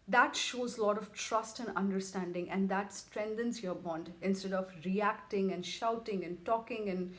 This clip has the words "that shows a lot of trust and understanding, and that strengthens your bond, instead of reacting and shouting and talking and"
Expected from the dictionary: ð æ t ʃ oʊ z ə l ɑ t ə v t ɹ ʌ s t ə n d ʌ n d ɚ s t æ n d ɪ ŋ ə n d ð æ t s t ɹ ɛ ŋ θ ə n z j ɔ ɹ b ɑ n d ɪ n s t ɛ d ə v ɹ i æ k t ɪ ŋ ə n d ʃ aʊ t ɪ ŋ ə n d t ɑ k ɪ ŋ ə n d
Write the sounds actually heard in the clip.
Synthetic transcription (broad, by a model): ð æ t ʃ oʊ z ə l ɑ t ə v t ɹ ʌ s t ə n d ʌ n d ɚ s t æ n d ɪ ŋ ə n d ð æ t s t ɹ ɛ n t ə n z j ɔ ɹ b ɑ n d ɪ n s t ɛ d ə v ɹ i æ k t ɪ ŋ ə n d ʃ aʊ t ɪ ŋ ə n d t ɑ k ɪ ŋ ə n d